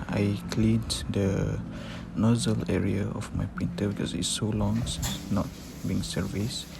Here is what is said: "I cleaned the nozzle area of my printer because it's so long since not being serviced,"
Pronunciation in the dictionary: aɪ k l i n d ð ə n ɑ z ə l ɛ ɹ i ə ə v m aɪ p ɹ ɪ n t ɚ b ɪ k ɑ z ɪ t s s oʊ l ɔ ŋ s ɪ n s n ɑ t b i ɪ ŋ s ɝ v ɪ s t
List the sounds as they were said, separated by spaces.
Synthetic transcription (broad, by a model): aɪ k l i n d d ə n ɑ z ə l ɛ ɹ i ə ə f m aɪ p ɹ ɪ n t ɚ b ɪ k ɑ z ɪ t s s oʊ l ɔ ŋ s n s n ɑ t b i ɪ ŋ s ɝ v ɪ s